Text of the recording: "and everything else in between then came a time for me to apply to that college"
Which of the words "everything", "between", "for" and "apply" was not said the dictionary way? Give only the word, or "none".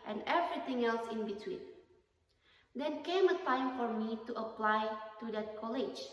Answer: everything